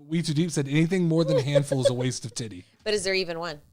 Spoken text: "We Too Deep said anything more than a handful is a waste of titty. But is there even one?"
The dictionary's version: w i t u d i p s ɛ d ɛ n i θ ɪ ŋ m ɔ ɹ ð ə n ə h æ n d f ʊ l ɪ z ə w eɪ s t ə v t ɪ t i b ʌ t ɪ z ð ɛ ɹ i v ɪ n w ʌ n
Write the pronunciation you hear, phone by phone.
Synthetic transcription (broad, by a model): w i t u d i p s ɛ d ɛ n i θ ɪ ŋ m ɔ ɹ ð ə n h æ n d f l ɪ z ə w eɪ s t ə v t ɪ t i b ʌ t ɪ z ð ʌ ɹ i v ɪ n w ʌ n